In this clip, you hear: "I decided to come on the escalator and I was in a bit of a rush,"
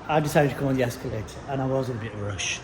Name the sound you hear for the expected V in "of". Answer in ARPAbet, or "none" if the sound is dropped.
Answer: V